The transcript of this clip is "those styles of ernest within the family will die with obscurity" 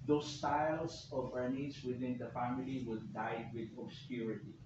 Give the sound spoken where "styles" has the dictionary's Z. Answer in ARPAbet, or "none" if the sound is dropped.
S